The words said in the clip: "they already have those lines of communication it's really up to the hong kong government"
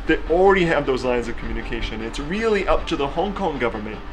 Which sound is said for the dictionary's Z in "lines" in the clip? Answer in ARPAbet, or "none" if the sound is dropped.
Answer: Z